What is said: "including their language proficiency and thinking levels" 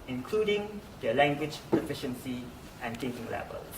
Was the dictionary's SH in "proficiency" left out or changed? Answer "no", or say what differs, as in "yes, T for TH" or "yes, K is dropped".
no